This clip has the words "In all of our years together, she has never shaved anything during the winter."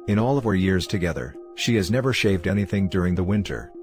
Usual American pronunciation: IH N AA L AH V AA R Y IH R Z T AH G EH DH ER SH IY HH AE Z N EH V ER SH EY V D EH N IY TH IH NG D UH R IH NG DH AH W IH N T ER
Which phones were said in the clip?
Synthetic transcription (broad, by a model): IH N AA L AH V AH R Y IH R Z T AH G EH DH ER SH IY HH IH Z N EH V ER SH EY V D EH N IY TH IH NG D UH R IH NG DH AH W IH N T ER